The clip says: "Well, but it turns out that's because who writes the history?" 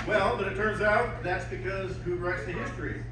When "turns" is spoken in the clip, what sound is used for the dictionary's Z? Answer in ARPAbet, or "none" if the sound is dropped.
Z